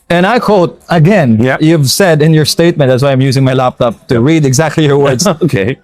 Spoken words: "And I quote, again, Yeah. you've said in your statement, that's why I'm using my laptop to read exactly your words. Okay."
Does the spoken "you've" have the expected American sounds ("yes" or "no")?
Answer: yes